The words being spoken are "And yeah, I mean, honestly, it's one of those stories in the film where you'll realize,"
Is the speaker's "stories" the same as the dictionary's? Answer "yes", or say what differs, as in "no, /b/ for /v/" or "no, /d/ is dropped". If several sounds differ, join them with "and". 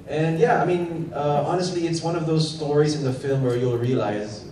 yes